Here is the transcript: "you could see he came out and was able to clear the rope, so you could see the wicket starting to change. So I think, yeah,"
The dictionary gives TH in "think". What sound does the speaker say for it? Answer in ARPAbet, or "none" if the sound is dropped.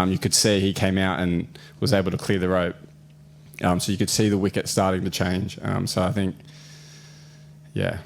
TH